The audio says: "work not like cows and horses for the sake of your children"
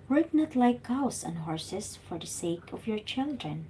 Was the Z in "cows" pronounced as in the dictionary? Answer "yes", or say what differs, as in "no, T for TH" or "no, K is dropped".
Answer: no, S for Z